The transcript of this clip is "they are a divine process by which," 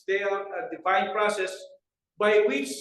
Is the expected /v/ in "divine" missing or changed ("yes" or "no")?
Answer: yes